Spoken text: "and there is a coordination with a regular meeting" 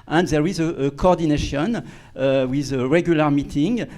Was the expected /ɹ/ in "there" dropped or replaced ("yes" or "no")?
no